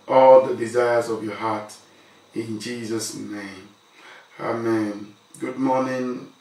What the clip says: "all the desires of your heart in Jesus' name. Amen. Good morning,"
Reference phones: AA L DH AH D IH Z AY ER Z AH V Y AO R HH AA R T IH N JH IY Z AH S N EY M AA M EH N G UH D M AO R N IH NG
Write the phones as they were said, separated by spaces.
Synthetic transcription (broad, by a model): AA L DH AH D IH Z AY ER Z AH V Y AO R HH AA T IH N JH IY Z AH S N EY M AA M EH N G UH D M AO N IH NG